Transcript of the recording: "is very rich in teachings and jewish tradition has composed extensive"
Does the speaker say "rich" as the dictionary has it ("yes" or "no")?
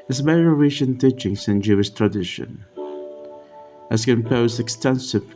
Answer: no